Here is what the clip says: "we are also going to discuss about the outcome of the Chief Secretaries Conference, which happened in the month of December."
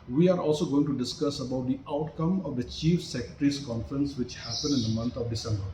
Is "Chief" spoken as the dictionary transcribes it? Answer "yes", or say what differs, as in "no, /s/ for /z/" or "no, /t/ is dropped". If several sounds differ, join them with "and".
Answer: yes